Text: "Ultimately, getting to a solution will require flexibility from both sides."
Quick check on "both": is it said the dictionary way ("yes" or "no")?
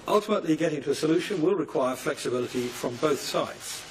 yes